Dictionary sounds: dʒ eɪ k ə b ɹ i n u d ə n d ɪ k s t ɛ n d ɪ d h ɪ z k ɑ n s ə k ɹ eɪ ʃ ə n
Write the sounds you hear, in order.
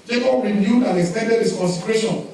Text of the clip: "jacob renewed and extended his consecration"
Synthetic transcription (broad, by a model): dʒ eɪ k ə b ɹ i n u d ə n ɪ k s t ɛ n d ɪ d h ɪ s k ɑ n s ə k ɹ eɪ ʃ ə n